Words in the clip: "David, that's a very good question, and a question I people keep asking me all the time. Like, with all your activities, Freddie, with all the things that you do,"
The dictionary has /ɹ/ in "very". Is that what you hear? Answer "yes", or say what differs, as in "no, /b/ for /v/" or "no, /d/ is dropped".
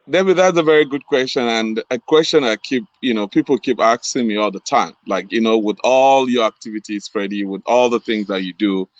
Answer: yes